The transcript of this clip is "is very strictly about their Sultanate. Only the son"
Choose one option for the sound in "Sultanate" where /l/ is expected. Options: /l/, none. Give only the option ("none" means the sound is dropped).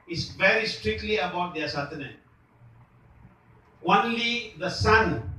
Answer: none